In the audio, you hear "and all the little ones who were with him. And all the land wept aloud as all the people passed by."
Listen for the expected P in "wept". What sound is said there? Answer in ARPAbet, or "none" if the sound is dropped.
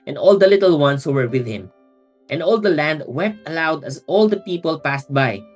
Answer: P